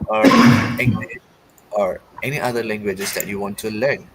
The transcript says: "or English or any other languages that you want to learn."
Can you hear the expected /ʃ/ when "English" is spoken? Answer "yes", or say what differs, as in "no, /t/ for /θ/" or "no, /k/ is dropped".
no, /ʃ/ is dropped